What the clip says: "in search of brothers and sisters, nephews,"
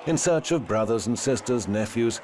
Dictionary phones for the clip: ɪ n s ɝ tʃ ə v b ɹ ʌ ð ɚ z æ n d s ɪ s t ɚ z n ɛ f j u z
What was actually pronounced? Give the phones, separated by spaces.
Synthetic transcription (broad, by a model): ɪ n s ɝ tʃ ə v b ɹ ʌ ð ɚ z n s ɪ s t ɚ z n ɛ f j u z